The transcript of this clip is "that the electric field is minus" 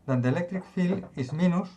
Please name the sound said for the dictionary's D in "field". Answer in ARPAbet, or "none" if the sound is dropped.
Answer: none